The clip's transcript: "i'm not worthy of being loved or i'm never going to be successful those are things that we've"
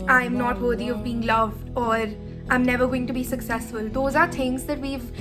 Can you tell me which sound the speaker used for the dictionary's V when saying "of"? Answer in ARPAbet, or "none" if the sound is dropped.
V